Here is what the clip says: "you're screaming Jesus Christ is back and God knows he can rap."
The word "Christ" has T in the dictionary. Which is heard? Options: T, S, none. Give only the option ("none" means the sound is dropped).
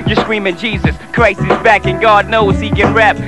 none